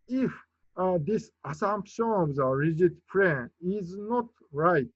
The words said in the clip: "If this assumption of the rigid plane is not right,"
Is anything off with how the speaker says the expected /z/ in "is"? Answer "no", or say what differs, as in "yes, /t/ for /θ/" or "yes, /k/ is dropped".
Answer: no